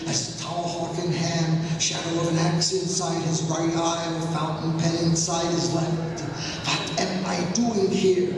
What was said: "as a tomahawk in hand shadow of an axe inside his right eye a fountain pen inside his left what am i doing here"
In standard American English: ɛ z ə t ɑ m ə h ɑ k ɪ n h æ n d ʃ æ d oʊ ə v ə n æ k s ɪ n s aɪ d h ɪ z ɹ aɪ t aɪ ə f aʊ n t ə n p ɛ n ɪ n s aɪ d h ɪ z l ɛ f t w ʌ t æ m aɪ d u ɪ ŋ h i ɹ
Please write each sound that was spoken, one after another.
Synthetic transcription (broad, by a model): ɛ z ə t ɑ ə h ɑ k ɪ n h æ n ʃ æ d oʊ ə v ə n æ k s ɪ n s aɪ d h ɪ z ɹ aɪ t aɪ ə f aʊ n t n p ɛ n ɪ n s aɪ d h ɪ z l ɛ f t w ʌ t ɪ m aɪ d u ɪ ŋ h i ɹ